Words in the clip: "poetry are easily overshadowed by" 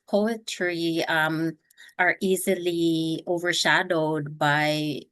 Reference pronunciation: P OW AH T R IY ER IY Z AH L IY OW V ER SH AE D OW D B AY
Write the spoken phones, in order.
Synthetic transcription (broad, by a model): P OW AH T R IY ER IY Z AH L IY OW V ER SH AE D OW D B AY